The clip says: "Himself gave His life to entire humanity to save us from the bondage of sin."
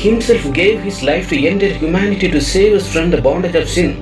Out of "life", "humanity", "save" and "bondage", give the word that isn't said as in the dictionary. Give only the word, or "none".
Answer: none